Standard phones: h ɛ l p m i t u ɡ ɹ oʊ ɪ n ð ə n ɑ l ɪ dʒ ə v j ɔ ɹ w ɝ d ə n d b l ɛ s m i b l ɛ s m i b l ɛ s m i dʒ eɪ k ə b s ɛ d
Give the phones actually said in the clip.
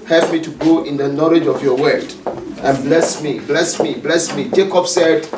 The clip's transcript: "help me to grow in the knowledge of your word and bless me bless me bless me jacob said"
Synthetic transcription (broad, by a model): h ɛ l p m i t u ɡ oʊ ɪ n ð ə n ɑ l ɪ dʒ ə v j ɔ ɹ w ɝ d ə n b l ɛ s m i b l ɛ s m i b l ɛ s m i dʒ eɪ k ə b s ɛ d